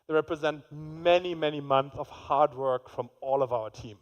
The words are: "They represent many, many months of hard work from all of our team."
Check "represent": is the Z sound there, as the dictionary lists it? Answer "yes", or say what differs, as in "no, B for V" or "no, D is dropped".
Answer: yes